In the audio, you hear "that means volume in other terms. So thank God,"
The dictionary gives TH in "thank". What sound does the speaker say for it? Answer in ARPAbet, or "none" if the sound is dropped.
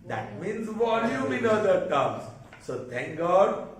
T